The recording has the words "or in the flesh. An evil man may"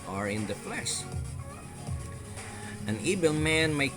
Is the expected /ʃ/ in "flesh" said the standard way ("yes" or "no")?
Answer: no